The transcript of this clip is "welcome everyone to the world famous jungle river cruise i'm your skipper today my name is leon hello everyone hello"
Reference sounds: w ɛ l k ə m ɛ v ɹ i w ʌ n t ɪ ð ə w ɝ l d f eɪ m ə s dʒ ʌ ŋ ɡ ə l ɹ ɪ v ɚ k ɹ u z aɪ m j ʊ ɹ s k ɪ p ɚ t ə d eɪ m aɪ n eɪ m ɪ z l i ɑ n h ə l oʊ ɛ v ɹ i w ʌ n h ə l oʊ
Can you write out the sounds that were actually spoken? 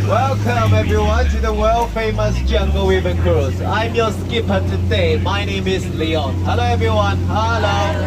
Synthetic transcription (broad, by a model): w ɛ l k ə m ɛ v ɹ i w ʌ n t ɪ ð ə w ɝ l f eɪ m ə s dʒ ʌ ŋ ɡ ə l w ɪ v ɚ k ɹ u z aɪ m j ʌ s k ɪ p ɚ t ə d eɪ m aɪ n eɪ m ɪ z l i ɑ n h ə l oʊ ɛ v ɹ i w ʌ n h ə l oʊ